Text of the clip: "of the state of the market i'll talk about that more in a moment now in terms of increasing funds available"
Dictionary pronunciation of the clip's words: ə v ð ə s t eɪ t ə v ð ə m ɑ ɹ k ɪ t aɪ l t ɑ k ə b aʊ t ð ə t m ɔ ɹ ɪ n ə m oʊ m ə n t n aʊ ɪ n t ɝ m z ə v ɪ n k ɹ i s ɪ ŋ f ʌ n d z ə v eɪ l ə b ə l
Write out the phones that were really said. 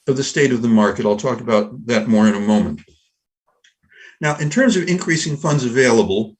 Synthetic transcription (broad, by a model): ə v ð ə s t eɪ t ə v ð ə m ɑ ɹ k ɪ t aɪ l t ɑ k ə b aʊ t ð ə t m ɔ ɹ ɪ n ə m oʊ m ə n t n aʊ ɪ n t ɝ m z ə v ɪ n k ɹ i s ɪ ŋ f ʌ n d z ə v eɪ l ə b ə l